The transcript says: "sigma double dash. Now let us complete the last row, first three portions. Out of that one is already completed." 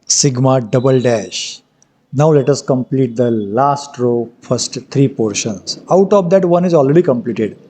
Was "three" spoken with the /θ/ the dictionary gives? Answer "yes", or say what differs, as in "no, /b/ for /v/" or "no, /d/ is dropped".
no, /t/ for /θ/